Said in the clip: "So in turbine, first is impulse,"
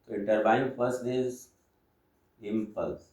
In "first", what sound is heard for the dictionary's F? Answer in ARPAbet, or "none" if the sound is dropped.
P